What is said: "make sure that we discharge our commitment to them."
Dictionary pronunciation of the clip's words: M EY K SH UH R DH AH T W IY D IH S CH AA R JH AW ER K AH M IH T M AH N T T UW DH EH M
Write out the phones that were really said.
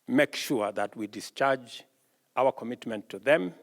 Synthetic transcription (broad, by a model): M EY K SH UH R DH AH T W IY D IH S CH AA R JH AW ER K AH M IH T M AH N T T UW DH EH M